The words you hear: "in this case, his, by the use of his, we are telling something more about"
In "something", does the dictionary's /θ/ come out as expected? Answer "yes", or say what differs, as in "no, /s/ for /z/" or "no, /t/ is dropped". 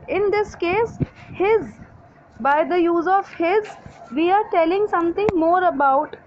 no, /t/ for /θ/